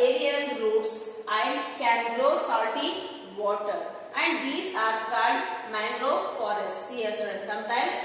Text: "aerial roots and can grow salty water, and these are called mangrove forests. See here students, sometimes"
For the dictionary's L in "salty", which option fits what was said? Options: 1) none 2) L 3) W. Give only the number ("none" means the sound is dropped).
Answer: 1